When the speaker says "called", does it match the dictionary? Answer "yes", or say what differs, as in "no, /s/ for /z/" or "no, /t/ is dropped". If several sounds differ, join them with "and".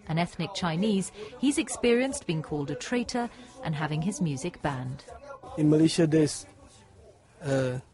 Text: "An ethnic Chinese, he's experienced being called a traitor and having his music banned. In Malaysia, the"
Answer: yes